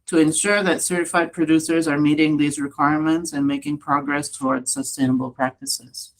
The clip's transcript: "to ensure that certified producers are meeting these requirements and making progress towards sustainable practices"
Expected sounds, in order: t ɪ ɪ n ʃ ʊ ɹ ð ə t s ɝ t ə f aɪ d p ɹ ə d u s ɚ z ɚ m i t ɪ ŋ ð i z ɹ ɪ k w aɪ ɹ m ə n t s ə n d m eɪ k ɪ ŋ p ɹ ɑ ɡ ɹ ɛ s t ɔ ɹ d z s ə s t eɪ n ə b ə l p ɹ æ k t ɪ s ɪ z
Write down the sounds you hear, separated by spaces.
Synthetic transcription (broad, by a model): t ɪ ɪ n ʃ ʊ ɹ ð ə t s ɝ t ə f aɪ d p ɹ ə d u s ɚ z ɚ m i t ɪ ŋ ð i z ɹ ɪ k w aɪ ɹ m ə n t s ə n m eɪ k ɪ ŋ p ɹ ɑ ɡ ɹ ɛ s t ɔ ɹ d z s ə s t eɪ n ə b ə l p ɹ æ k t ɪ s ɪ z